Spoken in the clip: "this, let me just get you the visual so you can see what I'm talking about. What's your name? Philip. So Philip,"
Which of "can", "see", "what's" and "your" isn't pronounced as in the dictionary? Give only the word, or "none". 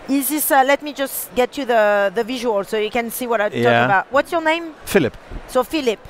none